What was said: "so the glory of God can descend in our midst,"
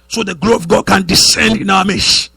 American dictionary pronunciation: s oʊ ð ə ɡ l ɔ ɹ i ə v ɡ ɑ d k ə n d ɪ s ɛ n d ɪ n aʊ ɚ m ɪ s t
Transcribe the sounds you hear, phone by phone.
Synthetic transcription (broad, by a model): s oʊ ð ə ɡ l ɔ i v ɡ ɑ d k ə n d ɪ s ɛ n d ɪ n aʊ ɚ m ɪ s